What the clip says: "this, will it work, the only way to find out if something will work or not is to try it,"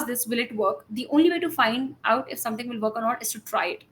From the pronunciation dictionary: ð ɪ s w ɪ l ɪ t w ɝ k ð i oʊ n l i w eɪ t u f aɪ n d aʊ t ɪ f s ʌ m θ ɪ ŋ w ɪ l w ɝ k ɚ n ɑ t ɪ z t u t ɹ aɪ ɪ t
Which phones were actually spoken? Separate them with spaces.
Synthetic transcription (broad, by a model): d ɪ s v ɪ l ɪ t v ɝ k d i oʊ n l i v eɪ t u f aɪ n d aʊ t ɪ f s ʌ m t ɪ ŋ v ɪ l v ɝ k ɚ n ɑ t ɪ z t u t ɹ aɪ ɪ t